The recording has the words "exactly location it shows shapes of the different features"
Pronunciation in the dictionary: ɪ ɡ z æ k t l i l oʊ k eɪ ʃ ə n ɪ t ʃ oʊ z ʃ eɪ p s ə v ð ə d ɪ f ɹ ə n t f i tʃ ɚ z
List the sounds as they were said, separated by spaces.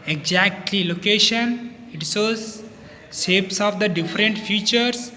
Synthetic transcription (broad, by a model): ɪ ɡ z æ k t l i l oʊ k eɪ ʃ ə n ɪ t s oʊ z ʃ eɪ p s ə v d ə d ɪ f ɹ ə n t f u tʃ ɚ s